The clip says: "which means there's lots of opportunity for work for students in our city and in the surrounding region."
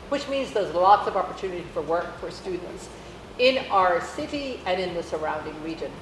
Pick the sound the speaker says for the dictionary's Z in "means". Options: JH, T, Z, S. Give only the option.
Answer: Z